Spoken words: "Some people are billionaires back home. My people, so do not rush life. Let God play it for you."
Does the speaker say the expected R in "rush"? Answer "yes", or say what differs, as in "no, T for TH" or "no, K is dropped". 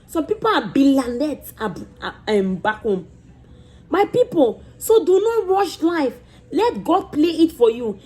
no, W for R